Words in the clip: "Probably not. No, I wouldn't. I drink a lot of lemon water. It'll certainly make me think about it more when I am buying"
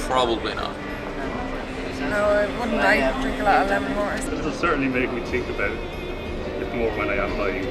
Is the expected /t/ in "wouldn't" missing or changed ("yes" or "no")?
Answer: yes